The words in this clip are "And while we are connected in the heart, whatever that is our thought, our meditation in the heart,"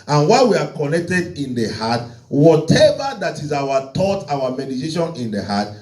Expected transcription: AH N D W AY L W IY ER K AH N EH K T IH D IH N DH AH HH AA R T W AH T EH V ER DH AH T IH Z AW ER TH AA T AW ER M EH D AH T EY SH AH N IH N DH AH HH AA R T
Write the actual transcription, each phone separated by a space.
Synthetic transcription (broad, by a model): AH N W AY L W IY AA K AH N EH K T IH D IH N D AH HH AA T W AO T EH V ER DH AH T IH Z AW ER T AA T AW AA M EH D AH T EY SH AH N IH N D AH HH AA T